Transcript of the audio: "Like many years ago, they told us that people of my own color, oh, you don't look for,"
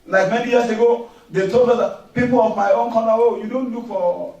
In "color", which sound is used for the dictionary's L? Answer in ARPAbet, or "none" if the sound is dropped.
N